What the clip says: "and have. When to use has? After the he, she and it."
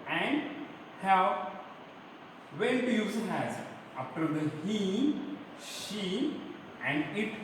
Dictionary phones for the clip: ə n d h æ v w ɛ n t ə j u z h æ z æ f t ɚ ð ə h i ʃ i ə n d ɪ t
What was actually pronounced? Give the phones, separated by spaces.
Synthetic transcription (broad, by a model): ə n d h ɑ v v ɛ l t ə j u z h æ z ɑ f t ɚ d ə h i ʃ i ə n d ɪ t